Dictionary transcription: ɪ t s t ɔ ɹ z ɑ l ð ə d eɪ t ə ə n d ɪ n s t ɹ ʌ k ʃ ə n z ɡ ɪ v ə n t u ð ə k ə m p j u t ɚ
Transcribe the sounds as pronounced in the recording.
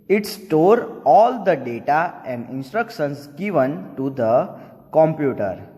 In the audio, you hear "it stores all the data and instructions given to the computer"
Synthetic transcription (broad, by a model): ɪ t s t ɔ ɹ ɑ l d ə d eɪ t ə ə n d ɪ n s t ɹ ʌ k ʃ ə n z ɡ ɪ v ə n t u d ə k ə m p j u t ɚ